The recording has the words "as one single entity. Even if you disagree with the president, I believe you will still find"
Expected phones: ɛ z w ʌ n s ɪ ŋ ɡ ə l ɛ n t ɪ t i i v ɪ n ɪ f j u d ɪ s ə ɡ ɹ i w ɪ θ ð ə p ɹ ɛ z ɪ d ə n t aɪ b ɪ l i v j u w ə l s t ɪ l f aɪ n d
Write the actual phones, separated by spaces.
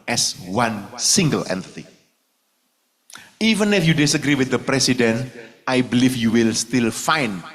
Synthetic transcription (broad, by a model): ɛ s w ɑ n s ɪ ŋ ɡ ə l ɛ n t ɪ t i i v ɪ n ɪ f j u d ɪ s ə ɡ ɹ i w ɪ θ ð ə p ɹ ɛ s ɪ d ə n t aɪ b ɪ l i f j u w ə l s t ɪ l f aɪ n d